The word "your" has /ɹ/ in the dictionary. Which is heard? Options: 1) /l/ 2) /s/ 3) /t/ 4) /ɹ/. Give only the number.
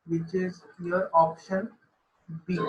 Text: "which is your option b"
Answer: 4